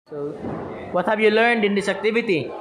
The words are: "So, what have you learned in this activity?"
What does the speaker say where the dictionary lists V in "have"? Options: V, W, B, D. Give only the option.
B